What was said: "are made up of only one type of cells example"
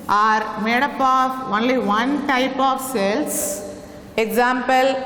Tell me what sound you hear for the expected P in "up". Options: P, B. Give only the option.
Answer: P